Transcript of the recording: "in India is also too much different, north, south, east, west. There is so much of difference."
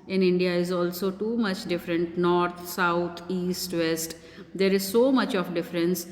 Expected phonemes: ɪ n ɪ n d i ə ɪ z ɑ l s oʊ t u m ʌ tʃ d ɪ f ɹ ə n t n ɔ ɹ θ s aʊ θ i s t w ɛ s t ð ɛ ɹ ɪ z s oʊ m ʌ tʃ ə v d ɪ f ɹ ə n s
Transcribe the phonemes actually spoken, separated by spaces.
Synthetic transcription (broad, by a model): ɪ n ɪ n d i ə ɪ z ɑ l s oʊ t u m ʌ tʃ d ɪ f ɹ ə n t n ɔ ɹ t s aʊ t i s t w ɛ s t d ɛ ɹ ɪ z s oʊ m ʌ tʃ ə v d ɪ f ɹ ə n s